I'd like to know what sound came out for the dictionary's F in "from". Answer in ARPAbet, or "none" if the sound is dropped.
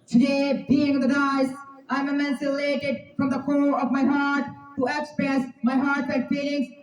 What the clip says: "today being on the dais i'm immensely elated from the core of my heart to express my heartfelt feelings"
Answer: F